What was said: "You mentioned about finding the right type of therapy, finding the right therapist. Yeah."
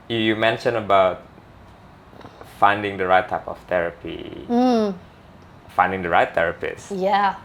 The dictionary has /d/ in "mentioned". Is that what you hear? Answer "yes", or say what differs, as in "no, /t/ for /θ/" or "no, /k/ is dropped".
no, /d/ is dropped